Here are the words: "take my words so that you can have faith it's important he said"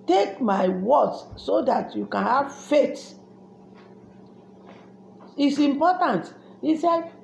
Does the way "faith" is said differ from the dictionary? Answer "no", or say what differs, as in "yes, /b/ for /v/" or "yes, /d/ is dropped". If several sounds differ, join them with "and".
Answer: yes, /t/ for /θ/